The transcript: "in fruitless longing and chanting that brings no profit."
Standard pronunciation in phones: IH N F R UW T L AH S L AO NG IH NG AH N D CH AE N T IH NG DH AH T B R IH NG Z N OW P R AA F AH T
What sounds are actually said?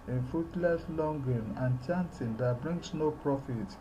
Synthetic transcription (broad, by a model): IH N F UW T L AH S L AO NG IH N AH N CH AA N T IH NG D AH T B R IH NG S N OW P R AA F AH T